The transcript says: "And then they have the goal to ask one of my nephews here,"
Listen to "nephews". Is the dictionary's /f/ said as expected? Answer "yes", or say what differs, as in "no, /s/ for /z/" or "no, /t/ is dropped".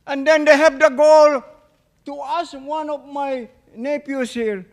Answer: no, /p/ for /f/